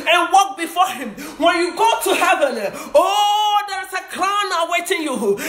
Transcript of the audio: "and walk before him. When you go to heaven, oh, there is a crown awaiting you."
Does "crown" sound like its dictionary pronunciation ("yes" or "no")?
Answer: no